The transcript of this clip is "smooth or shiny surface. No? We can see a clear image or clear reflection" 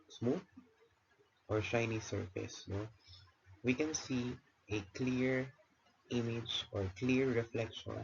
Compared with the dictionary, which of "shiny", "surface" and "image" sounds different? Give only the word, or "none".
none